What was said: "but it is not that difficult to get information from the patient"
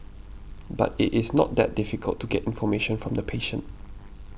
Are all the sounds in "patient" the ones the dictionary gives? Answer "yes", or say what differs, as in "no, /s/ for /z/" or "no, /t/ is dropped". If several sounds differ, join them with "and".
yes